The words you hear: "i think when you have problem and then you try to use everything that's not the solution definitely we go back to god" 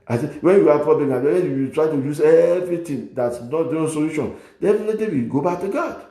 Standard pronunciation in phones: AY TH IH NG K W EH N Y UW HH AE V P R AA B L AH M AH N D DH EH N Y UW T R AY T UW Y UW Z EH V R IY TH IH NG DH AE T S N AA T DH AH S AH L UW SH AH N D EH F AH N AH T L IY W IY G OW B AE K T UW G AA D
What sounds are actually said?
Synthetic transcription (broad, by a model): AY S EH W EH N Y UW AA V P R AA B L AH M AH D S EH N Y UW T R AY T UW Y UW Z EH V R IY T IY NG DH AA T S N AA T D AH S AH L UW SH AH N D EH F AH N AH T IY W IY G OW B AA K T UW G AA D